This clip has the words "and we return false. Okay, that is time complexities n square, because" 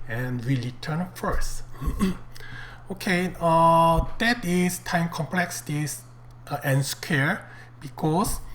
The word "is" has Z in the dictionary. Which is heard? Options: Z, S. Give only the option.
S